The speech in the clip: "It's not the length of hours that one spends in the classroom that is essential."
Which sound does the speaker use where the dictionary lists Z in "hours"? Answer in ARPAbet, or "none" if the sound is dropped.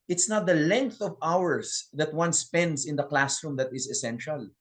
S